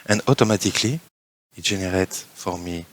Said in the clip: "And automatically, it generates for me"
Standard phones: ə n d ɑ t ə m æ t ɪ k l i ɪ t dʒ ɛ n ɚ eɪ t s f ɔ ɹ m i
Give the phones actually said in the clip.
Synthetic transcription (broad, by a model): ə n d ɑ t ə m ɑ t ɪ k l i ɪ t ʒ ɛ n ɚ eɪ t f ɔ ɹ m i